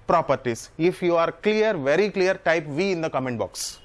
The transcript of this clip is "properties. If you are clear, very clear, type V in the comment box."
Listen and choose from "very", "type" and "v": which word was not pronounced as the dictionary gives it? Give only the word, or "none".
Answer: none